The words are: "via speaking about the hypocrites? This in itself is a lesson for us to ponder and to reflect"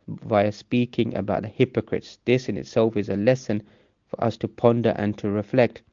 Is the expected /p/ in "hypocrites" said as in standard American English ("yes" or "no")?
yes